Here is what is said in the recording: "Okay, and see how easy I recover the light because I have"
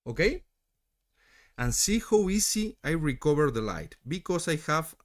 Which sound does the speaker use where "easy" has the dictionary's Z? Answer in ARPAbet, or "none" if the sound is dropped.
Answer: S